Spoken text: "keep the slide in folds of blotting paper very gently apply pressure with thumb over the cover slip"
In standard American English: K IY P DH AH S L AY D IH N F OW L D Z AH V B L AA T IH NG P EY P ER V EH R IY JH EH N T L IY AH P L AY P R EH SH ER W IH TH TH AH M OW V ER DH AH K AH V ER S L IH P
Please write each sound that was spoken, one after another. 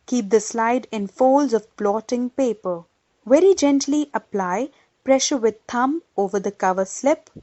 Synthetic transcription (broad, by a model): K IY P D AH S L AY D IH N F OW L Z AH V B L AA T IH NG P EY P ER V EH R IY JH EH N T L IY AH P L AY P R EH SH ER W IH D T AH M OW V ER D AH K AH V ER S L IH P